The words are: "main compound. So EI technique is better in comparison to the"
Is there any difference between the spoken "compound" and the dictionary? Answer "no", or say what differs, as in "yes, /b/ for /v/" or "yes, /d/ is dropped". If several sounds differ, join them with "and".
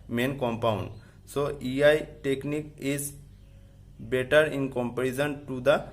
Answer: no